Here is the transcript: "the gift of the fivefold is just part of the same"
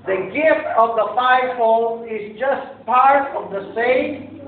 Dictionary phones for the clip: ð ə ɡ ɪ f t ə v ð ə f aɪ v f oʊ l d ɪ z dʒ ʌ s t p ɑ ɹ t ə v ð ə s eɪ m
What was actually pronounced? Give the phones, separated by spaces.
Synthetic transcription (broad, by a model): ð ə ɡ ɪ f t ə v ð ə f aɪ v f oʊ l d ɪ z dʒ ʌ s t p ɑ ɹ t ə v ð ə s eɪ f